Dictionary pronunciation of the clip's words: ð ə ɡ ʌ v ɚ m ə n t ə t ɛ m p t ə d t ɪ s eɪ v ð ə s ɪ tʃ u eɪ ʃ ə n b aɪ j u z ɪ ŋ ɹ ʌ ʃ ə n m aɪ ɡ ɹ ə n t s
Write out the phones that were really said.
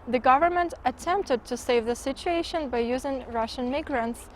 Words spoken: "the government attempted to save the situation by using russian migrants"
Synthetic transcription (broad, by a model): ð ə ɡ ʌ v ɚ m ə n t ə t ɛ m p t ə d t ɪ s eɪ v ð ə s ɪ tʃ u eɪ ʃ ə n b aɪ j u z ɪ ŋ ɹ ʌ ʃ ə n m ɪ ɡ ɹ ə n t s